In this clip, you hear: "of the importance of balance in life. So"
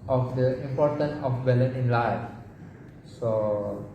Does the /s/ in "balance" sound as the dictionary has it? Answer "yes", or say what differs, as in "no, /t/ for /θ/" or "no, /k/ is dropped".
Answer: no, /s/ is dropped